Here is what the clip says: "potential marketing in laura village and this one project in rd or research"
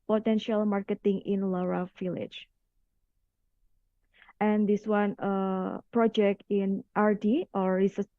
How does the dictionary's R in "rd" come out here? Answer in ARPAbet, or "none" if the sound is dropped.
R